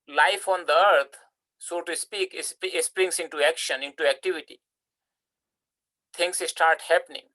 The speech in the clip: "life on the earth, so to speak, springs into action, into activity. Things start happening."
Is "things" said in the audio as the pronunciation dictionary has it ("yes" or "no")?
no